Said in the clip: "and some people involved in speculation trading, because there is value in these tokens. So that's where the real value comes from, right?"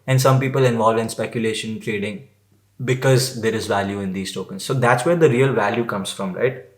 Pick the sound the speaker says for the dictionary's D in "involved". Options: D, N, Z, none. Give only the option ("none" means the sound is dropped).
none